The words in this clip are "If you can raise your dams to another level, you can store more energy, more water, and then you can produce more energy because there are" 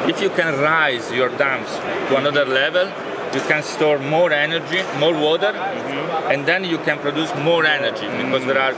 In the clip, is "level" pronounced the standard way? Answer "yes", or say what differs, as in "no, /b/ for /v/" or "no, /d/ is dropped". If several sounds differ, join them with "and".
yes